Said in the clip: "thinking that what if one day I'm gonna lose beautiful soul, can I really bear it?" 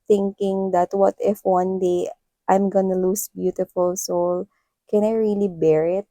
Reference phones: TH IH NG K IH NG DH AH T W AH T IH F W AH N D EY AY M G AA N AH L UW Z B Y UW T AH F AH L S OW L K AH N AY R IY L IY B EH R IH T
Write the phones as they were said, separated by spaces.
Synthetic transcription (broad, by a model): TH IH NG K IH NG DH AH T W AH T IH F W AH N D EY AY M G AA N AH L UW S B Y UW T AH F AH L S OW L K AH N AY R IY L IY B EH R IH T